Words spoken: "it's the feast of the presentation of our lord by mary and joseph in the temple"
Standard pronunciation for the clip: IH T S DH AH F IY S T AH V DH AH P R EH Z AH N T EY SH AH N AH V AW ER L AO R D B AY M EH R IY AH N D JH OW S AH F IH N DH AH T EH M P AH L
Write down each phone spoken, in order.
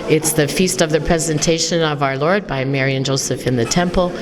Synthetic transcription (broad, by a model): IH T S DH AH F IY S T AH V DH AH P R EH Z AH N T EY SH AH N AH V AW ER L AO R D B AY M EH R IY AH N JH OW S AH F IH N DH AH T EH M P L